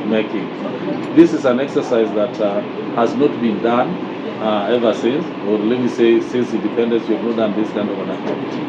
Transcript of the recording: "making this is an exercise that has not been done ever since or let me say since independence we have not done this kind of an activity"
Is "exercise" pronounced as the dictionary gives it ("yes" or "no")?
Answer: yes